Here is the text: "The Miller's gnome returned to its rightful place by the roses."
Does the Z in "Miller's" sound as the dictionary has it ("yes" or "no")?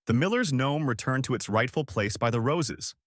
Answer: yes